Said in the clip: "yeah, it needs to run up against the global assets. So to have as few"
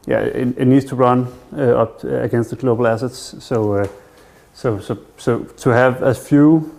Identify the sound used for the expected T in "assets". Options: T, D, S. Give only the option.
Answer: S